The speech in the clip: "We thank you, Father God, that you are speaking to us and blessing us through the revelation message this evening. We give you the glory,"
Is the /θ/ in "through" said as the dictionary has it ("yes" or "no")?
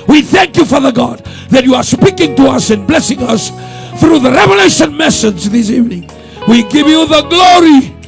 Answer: yes